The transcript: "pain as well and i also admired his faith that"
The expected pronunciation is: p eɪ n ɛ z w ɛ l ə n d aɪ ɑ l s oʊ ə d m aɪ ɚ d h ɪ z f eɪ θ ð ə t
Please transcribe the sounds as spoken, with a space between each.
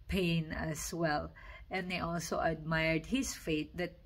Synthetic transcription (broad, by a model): p eɪ n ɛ s w ɛ l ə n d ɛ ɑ l s oʊ ə d m aɪ ɚ d h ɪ s f eɪ t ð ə t